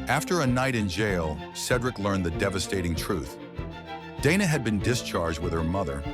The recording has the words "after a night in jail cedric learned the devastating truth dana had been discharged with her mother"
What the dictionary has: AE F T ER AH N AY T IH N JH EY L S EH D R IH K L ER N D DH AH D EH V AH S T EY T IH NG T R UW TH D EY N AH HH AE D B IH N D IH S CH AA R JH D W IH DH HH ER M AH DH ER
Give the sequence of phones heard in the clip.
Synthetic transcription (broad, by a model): AE F T ER AH N AY T IH N JH EY L S EH D R IH K L ER N DH AH D EH V AH S T EY T IH NG T R UW TH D EY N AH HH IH D B IH N D IH S CH AA R JH D W IH DH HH ER M AH DH ER